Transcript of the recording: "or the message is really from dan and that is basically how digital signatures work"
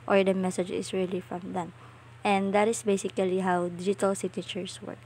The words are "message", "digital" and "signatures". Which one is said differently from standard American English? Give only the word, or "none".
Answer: signatures